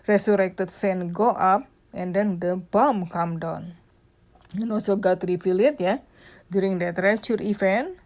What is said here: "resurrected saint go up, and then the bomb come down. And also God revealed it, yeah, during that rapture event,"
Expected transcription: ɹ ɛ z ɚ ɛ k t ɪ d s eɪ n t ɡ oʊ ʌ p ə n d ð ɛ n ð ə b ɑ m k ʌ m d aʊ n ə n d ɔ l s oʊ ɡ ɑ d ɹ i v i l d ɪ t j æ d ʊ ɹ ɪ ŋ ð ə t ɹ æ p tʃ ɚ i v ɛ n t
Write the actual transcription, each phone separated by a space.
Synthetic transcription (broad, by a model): ɹ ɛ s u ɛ k t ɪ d s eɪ n ɡ oʊ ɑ p ə n d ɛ n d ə b ɑ m k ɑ m d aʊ n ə n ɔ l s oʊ ɡ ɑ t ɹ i f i l ɪ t j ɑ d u ɹ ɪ ŋ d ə t ɹ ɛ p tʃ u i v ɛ n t